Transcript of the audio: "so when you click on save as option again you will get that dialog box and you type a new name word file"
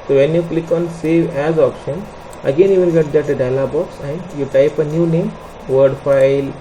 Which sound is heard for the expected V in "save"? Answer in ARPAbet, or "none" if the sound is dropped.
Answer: V